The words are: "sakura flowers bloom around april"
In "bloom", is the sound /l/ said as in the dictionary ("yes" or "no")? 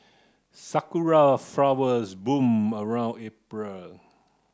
no